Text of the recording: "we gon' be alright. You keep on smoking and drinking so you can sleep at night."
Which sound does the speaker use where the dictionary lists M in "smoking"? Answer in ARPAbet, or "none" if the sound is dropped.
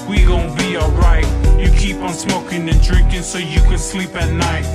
M